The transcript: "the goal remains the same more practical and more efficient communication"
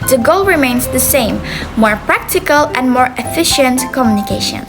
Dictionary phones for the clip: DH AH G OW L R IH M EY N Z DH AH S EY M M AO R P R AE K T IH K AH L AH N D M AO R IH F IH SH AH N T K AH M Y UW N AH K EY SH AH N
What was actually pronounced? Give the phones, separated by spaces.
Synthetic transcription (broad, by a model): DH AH G OW L R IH M EY N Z DH AH S EY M M AO R P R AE K T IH K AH L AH N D M AO R IH F IH SH AH N T K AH M Y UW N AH K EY SH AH N